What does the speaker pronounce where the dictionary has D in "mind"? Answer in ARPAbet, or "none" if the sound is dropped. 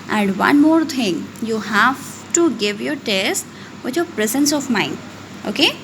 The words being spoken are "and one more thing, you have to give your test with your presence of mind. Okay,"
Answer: none